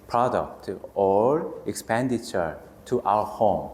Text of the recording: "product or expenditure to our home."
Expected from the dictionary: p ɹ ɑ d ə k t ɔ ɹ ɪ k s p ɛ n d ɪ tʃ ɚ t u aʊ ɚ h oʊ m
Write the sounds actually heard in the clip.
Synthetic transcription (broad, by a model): p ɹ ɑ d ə k t ɔ ɹ ɪ k s p ɛ n d ɪ tʃ ɚ t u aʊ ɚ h oʊ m